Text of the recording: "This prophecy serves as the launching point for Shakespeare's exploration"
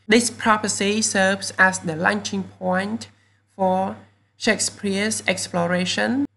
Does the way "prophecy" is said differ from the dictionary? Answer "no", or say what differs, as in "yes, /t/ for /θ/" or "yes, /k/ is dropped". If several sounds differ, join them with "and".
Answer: yes, /p/ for /f/